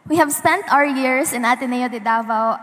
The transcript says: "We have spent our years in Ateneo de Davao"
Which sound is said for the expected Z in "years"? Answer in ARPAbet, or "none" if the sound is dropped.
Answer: S